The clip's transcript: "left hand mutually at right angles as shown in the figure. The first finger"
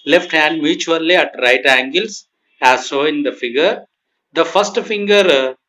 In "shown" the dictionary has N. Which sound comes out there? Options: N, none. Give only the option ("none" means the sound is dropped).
none